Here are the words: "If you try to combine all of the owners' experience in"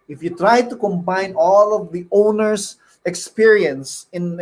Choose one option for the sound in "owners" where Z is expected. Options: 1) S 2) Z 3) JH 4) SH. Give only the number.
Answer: 1